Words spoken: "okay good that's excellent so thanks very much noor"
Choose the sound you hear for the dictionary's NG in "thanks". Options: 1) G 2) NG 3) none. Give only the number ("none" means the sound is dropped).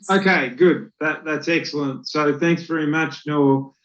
2